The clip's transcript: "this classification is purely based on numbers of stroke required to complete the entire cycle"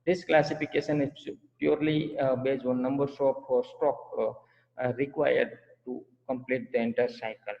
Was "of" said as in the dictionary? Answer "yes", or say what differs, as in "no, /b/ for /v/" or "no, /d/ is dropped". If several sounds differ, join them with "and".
no, /p/ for /v/